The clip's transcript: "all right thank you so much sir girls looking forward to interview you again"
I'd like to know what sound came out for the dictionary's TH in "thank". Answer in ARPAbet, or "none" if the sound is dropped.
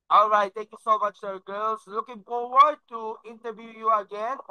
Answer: T